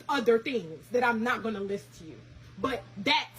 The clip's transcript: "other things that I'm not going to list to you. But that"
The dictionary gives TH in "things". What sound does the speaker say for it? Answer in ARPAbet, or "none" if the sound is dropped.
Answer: TH